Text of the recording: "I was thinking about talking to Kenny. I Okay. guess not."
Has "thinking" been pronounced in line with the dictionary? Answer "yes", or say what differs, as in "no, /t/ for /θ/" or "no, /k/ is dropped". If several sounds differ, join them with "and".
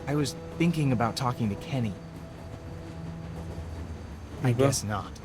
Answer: yes